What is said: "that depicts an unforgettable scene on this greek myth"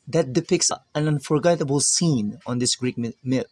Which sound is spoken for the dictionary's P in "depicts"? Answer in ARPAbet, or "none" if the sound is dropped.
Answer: P